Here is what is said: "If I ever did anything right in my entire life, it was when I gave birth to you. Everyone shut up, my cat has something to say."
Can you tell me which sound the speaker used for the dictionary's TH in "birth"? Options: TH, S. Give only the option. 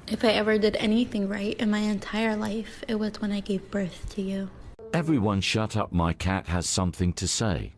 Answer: TH